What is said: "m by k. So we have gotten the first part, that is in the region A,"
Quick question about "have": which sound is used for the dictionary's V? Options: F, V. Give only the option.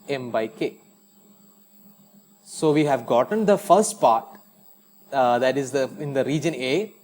V